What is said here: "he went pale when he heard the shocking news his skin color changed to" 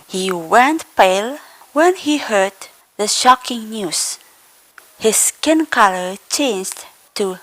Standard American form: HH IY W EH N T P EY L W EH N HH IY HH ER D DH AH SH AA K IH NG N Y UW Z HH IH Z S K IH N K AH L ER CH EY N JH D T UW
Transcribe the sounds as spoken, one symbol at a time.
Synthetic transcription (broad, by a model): HH IY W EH N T P EY L W EH N HH IY HH ER D DH AH SH AA K IH NG N Y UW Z HH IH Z S K IH N K AH L ER CH EY N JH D T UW